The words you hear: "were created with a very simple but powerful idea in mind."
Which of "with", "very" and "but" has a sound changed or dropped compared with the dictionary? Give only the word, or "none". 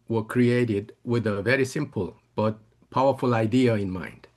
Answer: none